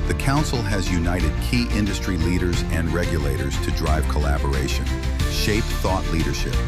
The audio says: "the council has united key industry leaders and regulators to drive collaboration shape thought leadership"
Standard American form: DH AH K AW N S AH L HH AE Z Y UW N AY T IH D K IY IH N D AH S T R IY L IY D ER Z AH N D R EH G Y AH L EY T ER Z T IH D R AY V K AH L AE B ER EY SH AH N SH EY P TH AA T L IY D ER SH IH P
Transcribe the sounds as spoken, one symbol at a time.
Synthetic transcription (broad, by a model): DH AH K AW N S L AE Z Y UW N AY T IH D K IY IH N D AH S T R IY L IY D ER Z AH N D R EH G Y AH L EY T ER Z T IH D R AY V K AH L AE B ER EY SH AH N SH EY P TH AA T L IY D ER SH IH P